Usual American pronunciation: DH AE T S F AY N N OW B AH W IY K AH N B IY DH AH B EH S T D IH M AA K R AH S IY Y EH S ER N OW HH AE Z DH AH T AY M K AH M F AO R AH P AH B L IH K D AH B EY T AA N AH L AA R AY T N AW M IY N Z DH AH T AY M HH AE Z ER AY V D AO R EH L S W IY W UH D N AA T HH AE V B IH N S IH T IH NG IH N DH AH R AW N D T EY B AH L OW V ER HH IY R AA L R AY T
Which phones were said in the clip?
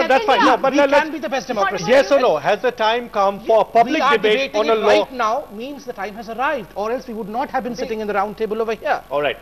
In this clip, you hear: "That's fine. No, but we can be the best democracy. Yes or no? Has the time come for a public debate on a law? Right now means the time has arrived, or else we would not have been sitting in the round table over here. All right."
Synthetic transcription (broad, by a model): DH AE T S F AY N N OW B AH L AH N B IY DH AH B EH S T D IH M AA K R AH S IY Y EH S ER N OW HH AE Z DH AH T AY M K AH M F AO R AH P AH B L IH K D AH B EY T AA N AH L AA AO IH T N AW M IY N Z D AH T AY M HH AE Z ER AY V D AO R EH L S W IY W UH D N AA T HH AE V B IH N S IH T IH NG IH N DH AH R AW N D T EY B AH L OW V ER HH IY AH AA L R AY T